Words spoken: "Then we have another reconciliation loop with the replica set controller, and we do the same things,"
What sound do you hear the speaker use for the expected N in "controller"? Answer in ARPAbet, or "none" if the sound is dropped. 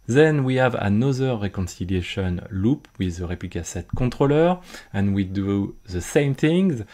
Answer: none